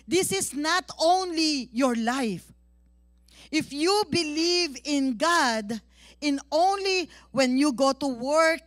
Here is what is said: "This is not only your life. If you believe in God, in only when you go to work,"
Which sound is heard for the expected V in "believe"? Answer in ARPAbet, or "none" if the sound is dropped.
V